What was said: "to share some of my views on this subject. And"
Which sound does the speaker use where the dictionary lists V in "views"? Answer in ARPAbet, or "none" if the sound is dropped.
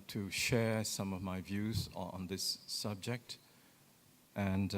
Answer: V